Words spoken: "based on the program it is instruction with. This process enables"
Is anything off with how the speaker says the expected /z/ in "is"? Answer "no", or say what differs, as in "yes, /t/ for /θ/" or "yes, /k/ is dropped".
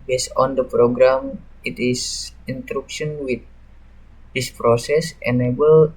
yes, /s/ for /z/